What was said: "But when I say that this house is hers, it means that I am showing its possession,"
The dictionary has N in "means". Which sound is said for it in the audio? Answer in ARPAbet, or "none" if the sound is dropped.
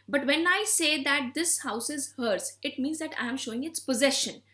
N